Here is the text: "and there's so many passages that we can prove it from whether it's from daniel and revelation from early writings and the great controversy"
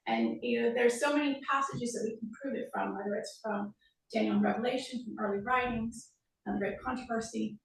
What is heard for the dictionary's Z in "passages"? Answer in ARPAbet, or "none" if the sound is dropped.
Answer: Z